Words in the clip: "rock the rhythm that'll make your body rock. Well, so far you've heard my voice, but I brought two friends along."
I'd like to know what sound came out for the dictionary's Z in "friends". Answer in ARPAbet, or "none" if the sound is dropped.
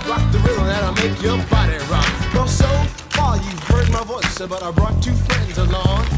Z